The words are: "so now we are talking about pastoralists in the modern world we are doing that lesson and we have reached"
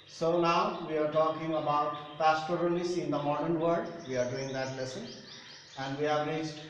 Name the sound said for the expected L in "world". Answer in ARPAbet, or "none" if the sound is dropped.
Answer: none